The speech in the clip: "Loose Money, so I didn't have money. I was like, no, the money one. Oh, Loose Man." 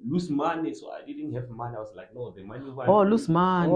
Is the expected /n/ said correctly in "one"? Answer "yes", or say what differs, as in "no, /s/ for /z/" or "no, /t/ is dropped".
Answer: no, /n/ is dropped